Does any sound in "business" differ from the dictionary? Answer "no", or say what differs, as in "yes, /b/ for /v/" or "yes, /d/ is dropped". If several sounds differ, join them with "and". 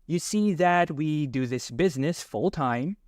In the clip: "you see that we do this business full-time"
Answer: no